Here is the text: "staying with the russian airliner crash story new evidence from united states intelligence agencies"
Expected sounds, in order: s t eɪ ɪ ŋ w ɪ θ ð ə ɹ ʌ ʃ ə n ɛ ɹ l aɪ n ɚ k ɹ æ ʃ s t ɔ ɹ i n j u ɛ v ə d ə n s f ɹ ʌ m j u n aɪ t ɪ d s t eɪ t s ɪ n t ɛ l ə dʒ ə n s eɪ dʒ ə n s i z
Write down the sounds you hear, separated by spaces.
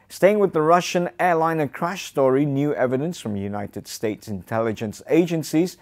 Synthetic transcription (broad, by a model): s t eɪ ɪ ŋ w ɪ ð ə ɹ ʌ ʃ ə n ɛ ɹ l aɪ n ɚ k ɹ æ ʃ s t ɔ ɹ i n j u ɛ v ə d ə n s f ɹ ʌ m j u n aɪ t ɪ d s t eɪ t s ɪ n t ɛ l ə dʒ ə n s eɪ dʒ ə n s i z